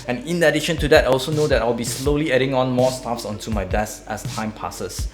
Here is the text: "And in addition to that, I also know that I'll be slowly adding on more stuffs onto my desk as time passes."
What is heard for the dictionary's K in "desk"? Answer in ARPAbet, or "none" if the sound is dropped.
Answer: none